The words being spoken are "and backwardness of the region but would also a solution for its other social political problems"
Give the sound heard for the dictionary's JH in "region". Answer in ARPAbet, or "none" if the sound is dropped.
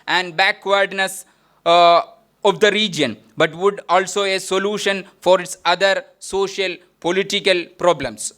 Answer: JH